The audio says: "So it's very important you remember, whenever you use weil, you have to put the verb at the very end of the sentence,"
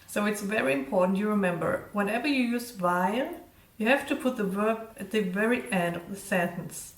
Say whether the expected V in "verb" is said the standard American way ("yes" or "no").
yes